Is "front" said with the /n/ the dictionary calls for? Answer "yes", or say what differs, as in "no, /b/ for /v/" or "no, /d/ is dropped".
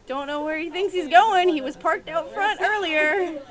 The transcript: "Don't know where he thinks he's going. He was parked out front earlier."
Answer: yes